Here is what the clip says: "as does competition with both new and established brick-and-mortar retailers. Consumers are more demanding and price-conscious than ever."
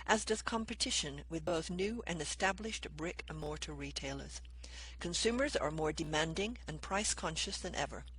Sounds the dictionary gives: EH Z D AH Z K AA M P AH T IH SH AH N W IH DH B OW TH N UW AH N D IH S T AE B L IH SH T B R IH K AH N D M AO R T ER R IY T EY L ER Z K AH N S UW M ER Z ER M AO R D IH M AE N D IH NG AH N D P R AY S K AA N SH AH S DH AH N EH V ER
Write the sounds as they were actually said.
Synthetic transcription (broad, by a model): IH Z D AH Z K AA M P AH T IH SH AH N W IH DH B OW TH N UW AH N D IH S T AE B L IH SH T B R IH K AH M AO R T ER R IY T EY L ER Z K AH N S UW M ER Z ER M AO R D IH M AE N D IH NG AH N P R AY S K AA N SH AH S DH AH N EH V ER